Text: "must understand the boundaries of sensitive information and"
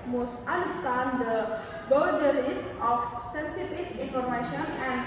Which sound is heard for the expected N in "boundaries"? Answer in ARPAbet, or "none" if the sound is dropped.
none